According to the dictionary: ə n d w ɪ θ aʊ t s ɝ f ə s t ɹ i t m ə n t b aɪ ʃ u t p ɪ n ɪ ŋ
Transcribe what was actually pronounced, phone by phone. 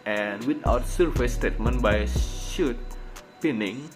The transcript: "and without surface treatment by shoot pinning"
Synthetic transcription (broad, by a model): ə n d w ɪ t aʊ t s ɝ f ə s t ɛ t m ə n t b aɪ ʃ u t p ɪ n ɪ ŋ